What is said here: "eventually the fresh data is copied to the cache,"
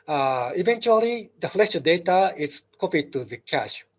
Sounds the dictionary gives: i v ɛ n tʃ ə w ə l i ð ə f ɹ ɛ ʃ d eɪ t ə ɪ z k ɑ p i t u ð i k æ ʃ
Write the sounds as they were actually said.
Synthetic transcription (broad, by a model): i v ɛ n tʃ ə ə l i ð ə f l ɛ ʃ d eɪ t ə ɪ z k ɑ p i t u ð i k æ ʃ